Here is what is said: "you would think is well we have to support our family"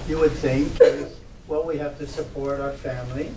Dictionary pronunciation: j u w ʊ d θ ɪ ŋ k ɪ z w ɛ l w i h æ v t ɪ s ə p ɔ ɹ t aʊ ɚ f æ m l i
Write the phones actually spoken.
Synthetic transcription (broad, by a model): j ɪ w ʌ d θ ɪ ŋ k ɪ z w ɛ l w i h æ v t ɪ s ə p ɔ ɹ t aʊ ɚ f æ m l i